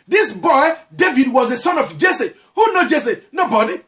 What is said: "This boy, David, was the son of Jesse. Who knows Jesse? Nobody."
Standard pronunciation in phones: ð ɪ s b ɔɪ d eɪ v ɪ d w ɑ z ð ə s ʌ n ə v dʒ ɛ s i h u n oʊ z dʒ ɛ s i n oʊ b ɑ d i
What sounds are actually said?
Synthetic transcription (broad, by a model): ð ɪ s b ɔɪ d eɪ v ɪ d w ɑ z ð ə s ʌ n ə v dʒ ɛ s i h u n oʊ dʒ ɛ s i n oʊ b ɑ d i